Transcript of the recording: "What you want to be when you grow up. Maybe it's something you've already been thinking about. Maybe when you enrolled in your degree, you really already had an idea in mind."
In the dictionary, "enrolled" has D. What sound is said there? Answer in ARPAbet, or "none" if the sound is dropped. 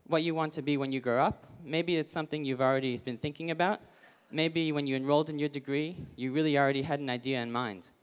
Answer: D